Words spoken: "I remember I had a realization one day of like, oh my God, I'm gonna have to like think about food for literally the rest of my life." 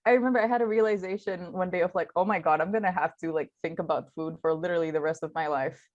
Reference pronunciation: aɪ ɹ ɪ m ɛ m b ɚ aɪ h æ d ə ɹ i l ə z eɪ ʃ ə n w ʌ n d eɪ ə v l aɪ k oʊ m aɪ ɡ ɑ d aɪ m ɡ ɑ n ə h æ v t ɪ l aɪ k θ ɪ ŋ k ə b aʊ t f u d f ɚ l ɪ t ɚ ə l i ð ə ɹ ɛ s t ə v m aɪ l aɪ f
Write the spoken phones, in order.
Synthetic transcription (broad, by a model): aɪ ɹ ɪ m ɛ m b ɚ aɪ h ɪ d ə ɹ i l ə z eɪ ʃ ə n w ʌ n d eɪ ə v l aɪ k oʊ m aɪ ɡ ɑ d aɪ m ɡ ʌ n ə h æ f t ɪ l aɪ k θ ɪ ŋ k ə b aʊ t f u d f ɚ l ɪ t ɚ l i ð ə ɹ ɛ s t ə v m aɪ l aɪ f